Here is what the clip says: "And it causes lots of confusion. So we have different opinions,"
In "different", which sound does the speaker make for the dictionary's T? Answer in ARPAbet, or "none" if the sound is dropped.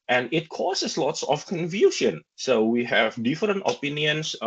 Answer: T